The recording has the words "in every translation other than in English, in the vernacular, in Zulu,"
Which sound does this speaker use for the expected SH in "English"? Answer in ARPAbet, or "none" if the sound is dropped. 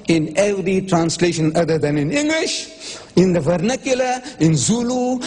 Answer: SH